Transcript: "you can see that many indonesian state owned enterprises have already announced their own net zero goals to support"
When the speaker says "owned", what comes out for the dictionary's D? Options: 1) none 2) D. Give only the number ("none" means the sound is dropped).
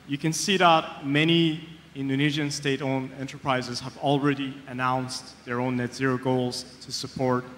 1